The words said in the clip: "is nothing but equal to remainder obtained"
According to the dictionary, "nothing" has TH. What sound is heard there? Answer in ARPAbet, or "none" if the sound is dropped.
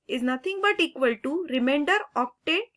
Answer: T